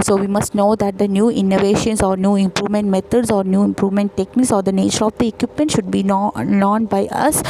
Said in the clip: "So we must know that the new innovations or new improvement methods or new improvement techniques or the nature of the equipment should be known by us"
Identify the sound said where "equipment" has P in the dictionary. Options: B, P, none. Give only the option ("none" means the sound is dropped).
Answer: P